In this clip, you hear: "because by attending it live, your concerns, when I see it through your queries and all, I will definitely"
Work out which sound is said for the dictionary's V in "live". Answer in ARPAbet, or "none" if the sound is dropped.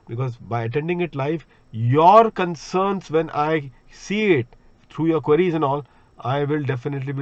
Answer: F